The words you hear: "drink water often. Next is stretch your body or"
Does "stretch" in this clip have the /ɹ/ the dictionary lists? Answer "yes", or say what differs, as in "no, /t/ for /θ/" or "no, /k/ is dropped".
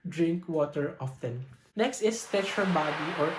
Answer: no, /ɹ/ is dropped